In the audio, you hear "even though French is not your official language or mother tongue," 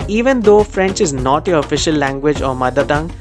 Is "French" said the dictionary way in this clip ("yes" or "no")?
yes